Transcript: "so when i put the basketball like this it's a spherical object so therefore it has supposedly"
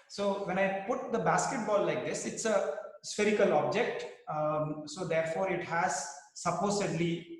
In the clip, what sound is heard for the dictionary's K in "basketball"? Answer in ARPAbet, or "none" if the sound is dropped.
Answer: K